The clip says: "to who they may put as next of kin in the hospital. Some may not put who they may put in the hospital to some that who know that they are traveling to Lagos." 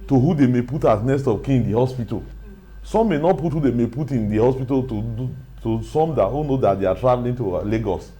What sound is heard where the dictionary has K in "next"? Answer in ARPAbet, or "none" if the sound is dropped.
none